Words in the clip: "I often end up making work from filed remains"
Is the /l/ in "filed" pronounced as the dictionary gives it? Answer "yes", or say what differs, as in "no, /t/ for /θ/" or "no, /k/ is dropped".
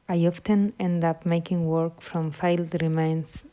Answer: yes